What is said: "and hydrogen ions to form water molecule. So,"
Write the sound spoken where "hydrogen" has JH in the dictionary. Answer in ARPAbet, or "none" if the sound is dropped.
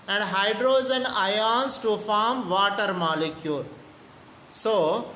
Z